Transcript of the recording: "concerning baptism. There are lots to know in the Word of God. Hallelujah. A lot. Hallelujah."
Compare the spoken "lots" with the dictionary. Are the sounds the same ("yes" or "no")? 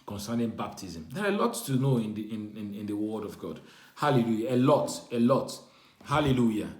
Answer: no